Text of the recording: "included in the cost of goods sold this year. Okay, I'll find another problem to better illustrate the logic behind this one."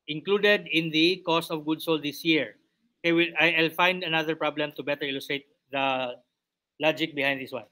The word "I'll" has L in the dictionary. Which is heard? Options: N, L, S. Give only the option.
L